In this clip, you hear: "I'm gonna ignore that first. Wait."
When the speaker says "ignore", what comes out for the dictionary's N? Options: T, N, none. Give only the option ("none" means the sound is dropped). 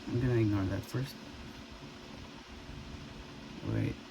none